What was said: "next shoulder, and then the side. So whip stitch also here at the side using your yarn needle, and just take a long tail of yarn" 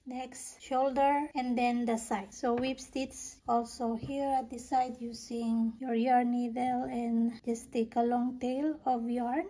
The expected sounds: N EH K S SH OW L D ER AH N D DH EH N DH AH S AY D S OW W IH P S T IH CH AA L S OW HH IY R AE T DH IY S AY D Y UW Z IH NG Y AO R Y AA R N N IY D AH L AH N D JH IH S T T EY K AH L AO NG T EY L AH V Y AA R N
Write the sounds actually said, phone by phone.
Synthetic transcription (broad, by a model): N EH K S SH OW L D ER AH N D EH N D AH S AY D S OW W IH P S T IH S AA L S OW HH IY R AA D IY S AY D Y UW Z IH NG Y AO R Y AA R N N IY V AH L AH N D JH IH S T T EY K AH L AO NG T EY L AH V Y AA R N